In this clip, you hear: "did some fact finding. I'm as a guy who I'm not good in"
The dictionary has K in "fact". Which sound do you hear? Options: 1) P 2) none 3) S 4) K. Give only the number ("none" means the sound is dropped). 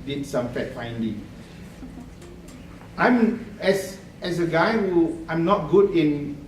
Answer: 2